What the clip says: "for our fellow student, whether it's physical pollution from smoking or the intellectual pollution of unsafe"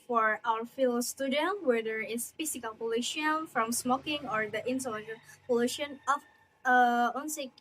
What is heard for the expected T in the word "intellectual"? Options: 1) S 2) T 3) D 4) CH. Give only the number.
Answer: 1